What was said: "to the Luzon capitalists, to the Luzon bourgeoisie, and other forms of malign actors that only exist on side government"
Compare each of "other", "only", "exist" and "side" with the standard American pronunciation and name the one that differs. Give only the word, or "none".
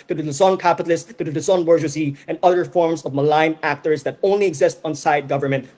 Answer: none